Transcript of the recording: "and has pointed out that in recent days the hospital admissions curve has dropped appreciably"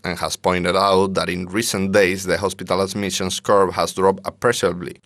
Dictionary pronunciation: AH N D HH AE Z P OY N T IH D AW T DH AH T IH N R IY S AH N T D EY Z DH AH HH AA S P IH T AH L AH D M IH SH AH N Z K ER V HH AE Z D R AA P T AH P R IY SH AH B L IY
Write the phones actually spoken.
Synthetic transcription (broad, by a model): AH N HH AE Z P OY N T IH D AW T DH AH T IH N R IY S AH N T D EY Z DH AH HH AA S P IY T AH L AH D M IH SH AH N S K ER B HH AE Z D R AA P T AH P R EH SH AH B L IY